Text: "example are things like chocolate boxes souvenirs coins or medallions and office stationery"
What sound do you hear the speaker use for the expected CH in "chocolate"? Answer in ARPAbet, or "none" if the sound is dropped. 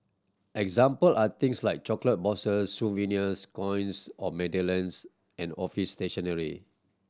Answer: CH